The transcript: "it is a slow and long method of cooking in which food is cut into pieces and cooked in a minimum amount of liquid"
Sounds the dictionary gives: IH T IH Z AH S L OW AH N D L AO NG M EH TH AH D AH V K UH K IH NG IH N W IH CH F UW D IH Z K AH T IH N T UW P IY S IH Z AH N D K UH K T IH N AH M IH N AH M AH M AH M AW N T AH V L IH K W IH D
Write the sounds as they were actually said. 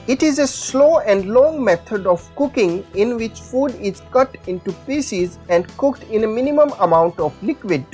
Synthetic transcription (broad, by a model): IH T IH Z AH S L OW AH N D L AO NG M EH T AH D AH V K UH K IH NG IH N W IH CH F UW D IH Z K AH T IH N T UW P IY S IH Z AH N D K UH K T IH N AH M IH N AH M AH M AH M AW N T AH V L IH K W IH D